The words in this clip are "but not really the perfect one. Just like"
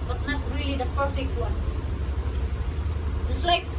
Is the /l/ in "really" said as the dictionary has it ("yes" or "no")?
yes